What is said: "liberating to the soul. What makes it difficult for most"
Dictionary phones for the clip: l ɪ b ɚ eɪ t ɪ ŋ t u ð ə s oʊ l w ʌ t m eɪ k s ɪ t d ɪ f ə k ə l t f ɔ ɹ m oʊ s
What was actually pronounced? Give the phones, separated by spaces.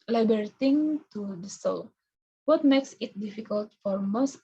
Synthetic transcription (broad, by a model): l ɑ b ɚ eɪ t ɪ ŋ t u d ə s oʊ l w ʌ t m eɪ k s ɪ t d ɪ f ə k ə l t f ɔ ɹ m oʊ s